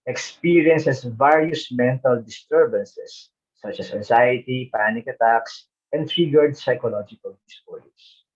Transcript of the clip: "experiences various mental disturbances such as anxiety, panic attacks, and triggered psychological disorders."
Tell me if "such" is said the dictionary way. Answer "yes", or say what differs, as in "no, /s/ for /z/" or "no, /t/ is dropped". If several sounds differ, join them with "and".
yes